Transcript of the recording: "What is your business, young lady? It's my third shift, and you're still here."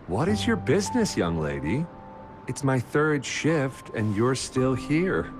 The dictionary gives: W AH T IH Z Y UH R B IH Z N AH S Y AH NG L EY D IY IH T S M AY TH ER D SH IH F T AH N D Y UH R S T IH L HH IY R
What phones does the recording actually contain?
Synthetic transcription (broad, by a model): W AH T IH Z Y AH R B IH Z N AH S Y AH NG L EY D IY IH T S M AY TH ER D SH IH F T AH N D Y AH R S T IH L HH IY R